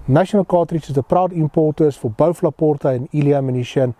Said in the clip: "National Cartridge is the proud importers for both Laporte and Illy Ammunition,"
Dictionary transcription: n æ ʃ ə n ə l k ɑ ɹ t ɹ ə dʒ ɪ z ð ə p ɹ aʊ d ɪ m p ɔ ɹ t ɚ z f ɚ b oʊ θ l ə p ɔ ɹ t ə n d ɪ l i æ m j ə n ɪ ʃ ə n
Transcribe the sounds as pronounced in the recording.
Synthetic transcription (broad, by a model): n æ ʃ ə n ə l k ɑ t ɹ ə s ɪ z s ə p ɹ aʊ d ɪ m p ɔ ɹ t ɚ s f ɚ b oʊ f l ə p ɔ ɹ t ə n ɪ l i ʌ m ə n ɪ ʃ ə n